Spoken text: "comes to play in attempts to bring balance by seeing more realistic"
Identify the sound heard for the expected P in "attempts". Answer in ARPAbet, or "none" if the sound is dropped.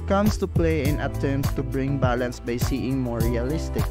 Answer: none